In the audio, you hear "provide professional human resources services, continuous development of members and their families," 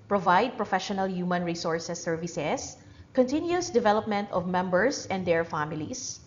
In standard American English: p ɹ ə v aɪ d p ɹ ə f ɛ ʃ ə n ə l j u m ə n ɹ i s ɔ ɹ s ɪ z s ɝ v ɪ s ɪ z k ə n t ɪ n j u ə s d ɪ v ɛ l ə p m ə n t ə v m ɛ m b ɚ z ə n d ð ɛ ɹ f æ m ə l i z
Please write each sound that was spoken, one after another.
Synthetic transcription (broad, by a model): p ɹ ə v aɪ d p ɹ ə f ɛ ʃ ə n ə l j u m ə n ɹ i s ɔ ɹ s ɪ s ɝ v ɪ s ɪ s k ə n t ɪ n j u s d ɪ v ɛ l ə p m ə n t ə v m ɛ m b ɚ s ə n d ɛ ɹ f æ m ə l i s